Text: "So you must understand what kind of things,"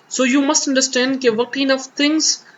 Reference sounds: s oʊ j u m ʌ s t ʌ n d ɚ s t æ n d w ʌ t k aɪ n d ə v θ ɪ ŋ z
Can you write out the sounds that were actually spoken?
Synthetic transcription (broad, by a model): s oʊ j u m ʌ s t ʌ n d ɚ s t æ n d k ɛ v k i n ə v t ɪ ŋ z